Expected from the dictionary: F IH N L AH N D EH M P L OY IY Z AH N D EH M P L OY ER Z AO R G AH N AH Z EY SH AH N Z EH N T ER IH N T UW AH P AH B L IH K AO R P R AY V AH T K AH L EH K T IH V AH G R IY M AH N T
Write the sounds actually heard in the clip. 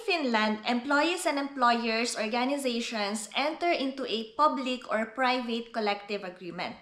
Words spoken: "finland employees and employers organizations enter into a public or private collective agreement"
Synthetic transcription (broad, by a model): F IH N L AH N D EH M P L OY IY S AH N D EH M P L OY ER S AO R G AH N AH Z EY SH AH N S EH N T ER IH N T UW AH P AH B L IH K AO R P R AY V AH T K AH L EH K T IH V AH G R IY M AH N T